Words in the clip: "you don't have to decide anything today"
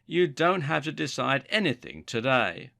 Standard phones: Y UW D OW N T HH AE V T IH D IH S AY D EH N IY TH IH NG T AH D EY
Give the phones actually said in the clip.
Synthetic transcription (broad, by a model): Y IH D OW N T HH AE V T IH D IH S AY D EH N IY TH IH NG T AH D EY